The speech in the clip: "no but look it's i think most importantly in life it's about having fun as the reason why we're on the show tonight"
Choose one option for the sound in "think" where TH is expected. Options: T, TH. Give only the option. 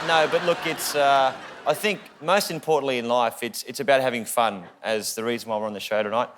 TH